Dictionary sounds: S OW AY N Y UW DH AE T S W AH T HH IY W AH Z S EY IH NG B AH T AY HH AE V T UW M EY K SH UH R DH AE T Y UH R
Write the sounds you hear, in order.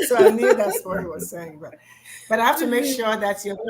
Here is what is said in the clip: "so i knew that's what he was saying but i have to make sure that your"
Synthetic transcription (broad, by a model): S OW AY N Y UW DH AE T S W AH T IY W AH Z S EY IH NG B AH T AY HH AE F T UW M EY K SH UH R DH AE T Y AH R